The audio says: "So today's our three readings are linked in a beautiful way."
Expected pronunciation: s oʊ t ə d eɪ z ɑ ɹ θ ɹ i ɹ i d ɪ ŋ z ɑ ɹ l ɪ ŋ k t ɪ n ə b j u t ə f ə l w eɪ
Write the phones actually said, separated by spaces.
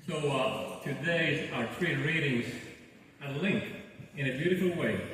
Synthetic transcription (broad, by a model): s oʊ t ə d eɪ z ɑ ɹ t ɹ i ɹ i d ɪ ŋ z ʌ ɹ l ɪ ŋ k ɪ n ə b j u t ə f l w eɪ